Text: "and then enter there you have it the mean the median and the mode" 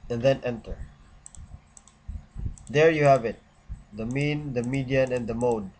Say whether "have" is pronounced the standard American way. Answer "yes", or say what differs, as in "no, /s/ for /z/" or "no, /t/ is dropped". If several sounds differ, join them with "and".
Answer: yes